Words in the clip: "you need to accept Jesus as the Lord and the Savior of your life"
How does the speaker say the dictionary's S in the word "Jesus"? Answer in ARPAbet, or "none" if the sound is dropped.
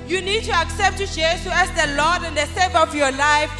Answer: none